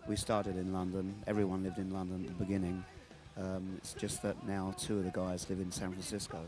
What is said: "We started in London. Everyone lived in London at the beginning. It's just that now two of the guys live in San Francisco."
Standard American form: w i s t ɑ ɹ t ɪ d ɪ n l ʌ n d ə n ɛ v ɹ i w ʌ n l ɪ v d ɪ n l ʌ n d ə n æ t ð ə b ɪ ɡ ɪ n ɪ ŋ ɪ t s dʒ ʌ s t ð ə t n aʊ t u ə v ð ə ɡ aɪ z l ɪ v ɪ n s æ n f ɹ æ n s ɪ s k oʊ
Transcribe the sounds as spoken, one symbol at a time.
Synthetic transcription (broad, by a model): w i s t ɑ ɹ t ɪ d ɪ n l ʌ n d ə n ɛ v ɹ i w ʌ n l ɪ v d ɪ n l ʌ n d ə n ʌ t ð ə b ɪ ɡ ɪ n ɪ ŋ ɪ t s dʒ ʌ s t ð ə t n aʊ t u ə v ð ə ɡ aɪ z l ɪ v ɪ n s æ n f ɹ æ n s ɪ s k oʊ